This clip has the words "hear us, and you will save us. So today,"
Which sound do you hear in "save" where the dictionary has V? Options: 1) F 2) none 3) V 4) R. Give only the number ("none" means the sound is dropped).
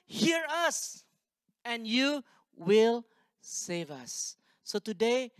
3